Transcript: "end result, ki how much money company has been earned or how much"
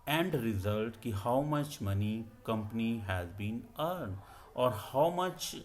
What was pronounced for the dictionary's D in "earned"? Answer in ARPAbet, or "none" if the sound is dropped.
D